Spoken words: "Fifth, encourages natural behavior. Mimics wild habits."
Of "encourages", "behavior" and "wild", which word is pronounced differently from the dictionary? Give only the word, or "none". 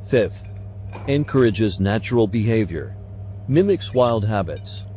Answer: none